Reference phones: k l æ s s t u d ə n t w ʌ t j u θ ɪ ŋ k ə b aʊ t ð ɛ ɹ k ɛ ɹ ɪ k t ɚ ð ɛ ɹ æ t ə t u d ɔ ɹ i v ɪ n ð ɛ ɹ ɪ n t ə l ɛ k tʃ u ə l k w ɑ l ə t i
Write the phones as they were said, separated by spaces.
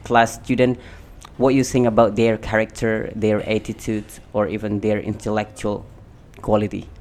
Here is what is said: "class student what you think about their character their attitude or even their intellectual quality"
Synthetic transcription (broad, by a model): k l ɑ s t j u d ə n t w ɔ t j u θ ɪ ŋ ə b aʊ t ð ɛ ɹ k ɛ ɹ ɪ k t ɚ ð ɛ ɹ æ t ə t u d ɔ ɹ i v ɪ n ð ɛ ɹ ɪ n t ə l ɛ k tʃ u ə l k w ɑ l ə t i